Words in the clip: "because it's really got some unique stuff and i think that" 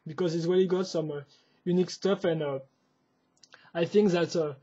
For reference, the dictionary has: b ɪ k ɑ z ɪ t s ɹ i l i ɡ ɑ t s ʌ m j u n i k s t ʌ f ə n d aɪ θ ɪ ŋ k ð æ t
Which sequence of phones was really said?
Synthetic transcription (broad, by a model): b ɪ k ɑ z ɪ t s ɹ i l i ɡ ɑ t s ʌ m j u n i k s t ʌ f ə n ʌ aɪ θ ɪ ŋ k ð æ t